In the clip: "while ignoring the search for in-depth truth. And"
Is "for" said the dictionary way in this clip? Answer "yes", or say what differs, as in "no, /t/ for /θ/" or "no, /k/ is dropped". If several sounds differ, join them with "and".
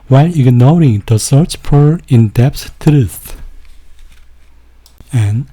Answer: no, /p/ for /f/